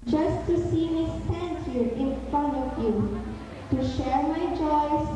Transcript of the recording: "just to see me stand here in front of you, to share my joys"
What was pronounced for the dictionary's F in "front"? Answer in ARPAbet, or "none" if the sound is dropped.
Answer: F